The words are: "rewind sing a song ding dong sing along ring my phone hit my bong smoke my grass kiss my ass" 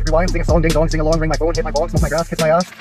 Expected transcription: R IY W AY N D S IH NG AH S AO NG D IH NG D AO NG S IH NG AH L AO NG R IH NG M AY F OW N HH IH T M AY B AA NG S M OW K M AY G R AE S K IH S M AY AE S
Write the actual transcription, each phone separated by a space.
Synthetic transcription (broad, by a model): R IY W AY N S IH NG AH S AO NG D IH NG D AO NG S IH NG AH L AO NG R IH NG M AY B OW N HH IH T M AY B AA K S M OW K M AY G R AE S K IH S M AY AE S